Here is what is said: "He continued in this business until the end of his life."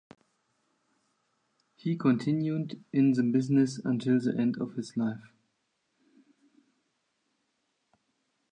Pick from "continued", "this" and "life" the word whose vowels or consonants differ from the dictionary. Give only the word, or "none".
this